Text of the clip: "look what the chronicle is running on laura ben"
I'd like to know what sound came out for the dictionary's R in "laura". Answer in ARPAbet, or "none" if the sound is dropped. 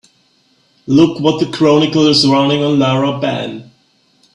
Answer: none